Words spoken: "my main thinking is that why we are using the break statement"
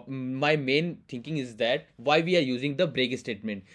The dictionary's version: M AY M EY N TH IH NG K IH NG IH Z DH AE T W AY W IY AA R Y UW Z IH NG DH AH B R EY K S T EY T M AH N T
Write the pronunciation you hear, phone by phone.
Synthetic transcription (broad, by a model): M AY M EY N T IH NG K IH NG IH Z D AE T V AY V IY AA R Y UW Z IH NG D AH B R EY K S T EY T M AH N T